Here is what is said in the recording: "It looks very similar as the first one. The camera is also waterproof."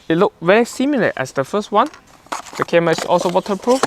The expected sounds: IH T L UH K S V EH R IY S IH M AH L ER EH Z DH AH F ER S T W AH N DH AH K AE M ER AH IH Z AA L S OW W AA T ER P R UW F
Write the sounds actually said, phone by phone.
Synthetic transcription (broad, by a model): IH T L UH K V EH R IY S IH M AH L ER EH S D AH F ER S T W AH N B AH K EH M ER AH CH AA L S OW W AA T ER P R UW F